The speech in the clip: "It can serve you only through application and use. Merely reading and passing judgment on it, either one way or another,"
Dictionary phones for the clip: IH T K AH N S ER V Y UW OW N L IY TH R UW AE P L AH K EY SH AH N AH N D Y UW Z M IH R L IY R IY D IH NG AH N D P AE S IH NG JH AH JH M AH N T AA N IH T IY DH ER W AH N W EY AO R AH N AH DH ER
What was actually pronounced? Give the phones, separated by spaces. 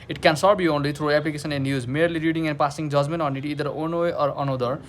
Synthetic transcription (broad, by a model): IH T K AH N S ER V Y UW OW N L IY T R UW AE P L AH K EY S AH N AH N Y UW Z M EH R L IY R IY D IH NG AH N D P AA S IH NG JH AH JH M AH N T AA N IH T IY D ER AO N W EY AO R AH N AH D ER